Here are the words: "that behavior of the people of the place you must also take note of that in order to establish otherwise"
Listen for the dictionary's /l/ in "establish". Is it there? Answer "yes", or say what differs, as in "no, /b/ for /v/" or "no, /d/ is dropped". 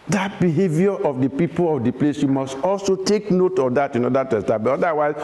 no, /l/ is dropped